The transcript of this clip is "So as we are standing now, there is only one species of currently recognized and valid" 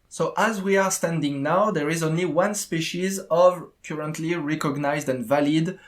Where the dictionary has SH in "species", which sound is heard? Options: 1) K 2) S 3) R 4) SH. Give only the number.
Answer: 4